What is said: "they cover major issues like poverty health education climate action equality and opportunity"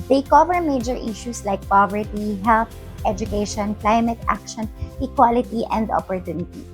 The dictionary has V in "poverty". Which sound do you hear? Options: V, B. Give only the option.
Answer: V